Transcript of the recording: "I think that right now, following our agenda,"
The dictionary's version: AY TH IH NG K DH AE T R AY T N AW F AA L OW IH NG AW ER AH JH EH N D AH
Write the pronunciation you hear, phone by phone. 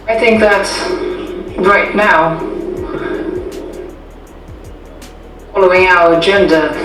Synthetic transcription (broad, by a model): AY TH IH NG K DH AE T R AY T N AW F AA L OW IH NG AW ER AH JH EH N D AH